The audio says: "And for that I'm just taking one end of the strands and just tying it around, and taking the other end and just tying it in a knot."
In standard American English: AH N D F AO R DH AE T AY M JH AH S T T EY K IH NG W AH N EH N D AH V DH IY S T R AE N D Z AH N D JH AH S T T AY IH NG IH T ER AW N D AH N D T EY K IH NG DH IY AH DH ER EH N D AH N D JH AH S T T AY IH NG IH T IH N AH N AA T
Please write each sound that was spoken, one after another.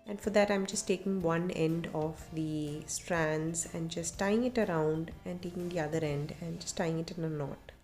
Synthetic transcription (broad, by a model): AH N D F AO R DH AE T AY M JH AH S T T EY K IH NG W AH N EH N D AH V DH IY S T R AE N D Z AH N D JH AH S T T AY IH NG IH T ER AW N D AH N D T EY K IH NG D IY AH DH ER EH N D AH N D JH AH S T T AY IH NG IH T IH N AH N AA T